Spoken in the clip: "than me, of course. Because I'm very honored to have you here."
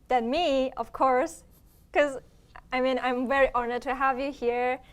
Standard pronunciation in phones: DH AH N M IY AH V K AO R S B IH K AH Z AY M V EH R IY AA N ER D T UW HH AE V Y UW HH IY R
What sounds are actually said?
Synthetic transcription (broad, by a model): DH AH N M IY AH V K AO R S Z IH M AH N AY M V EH R IY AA N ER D T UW HH AE V Y UW HH IY R